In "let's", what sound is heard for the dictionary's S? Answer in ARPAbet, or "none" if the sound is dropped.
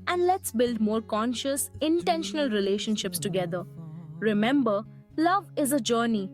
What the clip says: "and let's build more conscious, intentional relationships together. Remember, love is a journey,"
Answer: S